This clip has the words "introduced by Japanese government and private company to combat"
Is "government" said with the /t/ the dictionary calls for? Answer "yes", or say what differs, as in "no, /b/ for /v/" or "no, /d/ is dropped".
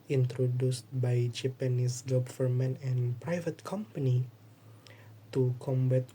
no, /t/ is dropped